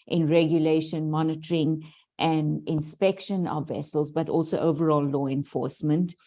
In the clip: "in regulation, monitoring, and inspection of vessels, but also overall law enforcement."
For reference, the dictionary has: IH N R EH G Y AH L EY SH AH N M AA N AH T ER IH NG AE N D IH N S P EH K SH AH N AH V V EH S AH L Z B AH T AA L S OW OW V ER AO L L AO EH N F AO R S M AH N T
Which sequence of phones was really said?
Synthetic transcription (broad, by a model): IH N R EH G Y AH L EY SH AH N M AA N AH T ER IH NG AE N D IH N S P EH K SH AH N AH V V EH S AH L Z B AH T AA L S OW OW V ER AO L L AO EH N F AO R S M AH N T